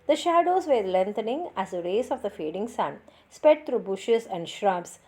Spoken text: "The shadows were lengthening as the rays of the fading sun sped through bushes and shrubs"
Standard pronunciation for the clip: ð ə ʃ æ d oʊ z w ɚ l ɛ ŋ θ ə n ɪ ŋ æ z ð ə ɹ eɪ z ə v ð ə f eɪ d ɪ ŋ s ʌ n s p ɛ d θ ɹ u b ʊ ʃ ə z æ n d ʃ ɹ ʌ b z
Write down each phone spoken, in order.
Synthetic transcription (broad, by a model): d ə ʃ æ d oʊ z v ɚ l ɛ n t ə n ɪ ŋ æ z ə ɹ eɪ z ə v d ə f eɪ d ɪ ŋ s ʌ n s p ɛ d t ɹ u b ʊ ʃ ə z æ n d ʃ ɹ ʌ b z